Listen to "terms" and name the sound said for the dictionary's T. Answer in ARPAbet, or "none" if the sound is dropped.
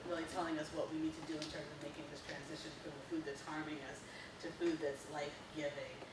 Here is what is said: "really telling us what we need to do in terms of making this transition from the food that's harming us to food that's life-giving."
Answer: S